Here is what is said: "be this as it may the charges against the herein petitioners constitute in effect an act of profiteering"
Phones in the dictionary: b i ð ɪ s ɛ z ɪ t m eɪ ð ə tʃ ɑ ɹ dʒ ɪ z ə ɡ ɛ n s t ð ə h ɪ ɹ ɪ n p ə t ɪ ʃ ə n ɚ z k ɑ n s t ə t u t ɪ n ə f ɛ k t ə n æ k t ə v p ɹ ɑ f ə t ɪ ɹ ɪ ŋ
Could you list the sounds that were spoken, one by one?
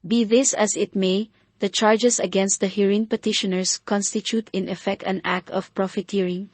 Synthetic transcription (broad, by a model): b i ð ɪ s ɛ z ɪ t m eɪ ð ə tʃ ɑ ɹ dʒ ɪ s ə ɡ ɛ n s t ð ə h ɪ ɹ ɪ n p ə t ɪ ʃ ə n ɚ s k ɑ n s t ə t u t ɪ n ə f ɛ k t ə n æ k t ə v p ɹ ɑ f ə t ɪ ɹ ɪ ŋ